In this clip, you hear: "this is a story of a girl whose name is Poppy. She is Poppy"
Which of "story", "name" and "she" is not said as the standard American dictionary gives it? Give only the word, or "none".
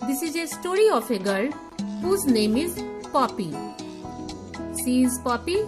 she